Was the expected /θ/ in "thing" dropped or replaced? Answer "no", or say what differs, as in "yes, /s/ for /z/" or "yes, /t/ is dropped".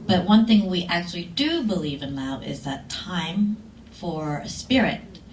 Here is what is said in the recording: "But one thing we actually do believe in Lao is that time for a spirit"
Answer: no